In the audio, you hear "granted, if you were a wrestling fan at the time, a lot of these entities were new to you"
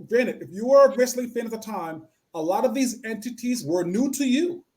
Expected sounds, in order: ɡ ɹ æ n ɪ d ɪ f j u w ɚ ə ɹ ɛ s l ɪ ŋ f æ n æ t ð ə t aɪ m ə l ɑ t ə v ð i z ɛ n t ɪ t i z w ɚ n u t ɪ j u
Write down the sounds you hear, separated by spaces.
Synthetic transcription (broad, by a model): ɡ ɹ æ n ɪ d ɪ f j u w ɚ ə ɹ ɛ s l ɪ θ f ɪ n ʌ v ð ə t aɪ m ə l ɑ t ə v ð i z ɛ n t ɪ t i z w ɚ n u t ɪ j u